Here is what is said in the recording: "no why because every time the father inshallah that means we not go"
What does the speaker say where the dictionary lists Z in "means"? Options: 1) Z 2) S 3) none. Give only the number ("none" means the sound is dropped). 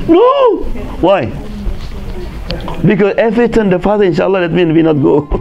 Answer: 3